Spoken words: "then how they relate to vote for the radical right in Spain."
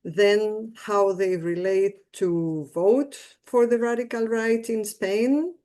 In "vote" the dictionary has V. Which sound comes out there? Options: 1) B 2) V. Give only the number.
2